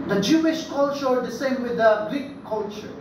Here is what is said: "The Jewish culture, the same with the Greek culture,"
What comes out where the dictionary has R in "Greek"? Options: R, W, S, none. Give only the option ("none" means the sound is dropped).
none